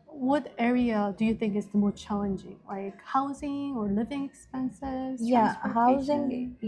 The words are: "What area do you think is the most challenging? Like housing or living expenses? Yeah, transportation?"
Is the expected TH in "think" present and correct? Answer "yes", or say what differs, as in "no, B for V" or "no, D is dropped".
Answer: yes